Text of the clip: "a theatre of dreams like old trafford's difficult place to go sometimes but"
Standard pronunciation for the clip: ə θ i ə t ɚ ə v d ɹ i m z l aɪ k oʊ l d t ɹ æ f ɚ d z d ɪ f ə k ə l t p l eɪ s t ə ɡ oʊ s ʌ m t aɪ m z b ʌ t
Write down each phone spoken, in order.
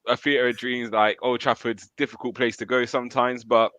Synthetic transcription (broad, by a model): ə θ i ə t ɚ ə d ɹ i m z l aɪ k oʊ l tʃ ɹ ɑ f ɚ d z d ɪ f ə k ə l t p l eɪ s t ə ɡ oʊ s ʌ m t aɪ m z b ʌ t